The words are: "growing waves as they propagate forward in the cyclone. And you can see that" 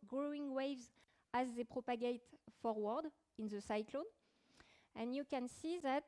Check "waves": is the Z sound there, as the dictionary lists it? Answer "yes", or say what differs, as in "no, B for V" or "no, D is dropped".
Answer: yes